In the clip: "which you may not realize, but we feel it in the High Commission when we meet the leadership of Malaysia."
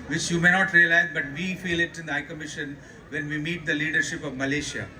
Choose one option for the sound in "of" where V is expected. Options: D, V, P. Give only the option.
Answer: V